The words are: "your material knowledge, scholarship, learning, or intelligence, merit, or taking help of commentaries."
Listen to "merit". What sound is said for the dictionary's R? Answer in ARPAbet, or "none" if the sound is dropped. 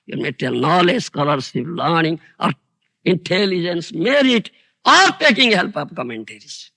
R